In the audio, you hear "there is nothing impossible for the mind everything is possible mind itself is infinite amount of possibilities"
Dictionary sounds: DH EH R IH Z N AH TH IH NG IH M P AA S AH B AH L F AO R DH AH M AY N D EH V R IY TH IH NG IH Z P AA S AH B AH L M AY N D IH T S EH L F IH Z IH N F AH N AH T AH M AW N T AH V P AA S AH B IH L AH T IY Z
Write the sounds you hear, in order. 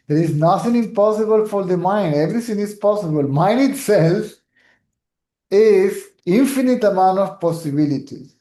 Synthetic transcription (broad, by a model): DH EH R IH Z N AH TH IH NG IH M P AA S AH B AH L F AO R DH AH M AY N D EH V R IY T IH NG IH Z P AA S AH B AH L M AY N D IH T S EH L F IH Z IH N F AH N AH T AH M AW N T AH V P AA S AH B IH L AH T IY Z